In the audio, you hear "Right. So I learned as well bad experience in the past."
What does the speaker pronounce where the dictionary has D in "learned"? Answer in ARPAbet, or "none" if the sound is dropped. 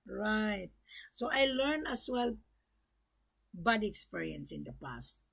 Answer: none